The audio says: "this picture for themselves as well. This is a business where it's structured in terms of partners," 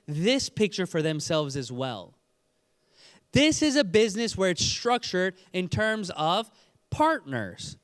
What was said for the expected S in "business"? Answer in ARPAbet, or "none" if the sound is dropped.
S